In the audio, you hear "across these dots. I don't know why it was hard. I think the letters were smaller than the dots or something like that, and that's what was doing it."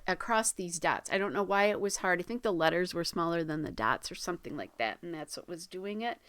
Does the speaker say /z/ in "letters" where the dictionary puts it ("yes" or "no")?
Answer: yes